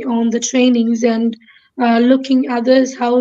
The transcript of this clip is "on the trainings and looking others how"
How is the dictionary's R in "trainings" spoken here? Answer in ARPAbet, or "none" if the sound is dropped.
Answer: R